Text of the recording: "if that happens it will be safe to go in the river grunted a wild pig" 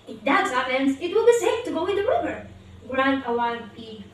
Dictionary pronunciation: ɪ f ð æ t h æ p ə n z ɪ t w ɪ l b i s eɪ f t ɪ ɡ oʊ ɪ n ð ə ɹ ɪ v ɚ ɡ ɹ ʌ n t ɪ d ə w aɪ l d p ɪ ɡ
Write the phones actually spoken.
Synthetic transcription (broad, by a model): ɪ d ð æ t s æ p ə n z ɪ t w ɪ l b i s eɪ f t ɪ ɡ oʊ ɪ n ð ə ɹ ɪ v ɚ ɡ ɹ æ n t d ə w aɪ d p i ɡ